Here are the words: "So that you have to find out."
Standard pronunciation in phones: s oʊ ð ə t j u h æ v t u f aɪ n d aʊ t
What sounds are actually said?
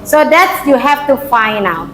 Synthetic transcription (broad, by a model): s oʊ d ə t j u h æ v t u f aɪ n aʊ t